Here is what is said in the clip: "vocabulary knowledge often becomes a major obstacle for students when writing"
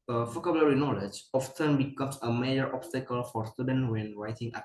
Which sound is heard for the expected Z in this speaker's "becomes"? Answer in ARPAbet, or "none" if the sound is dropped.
S